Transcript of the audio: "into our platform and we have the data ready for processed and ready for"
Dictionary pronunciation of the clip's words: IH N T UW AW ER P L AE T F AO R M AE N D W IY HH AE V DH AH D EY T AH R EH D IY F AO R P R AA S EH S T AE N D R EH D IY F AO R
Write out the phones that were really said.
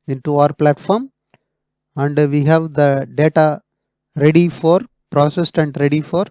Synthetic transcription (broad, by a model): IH N T UW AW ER P L AE T F AO R M AE N D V IY HH AE V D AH D EY T AH R EH D IY F AO R P R AA S EH S T AE N D R EH D IY F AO R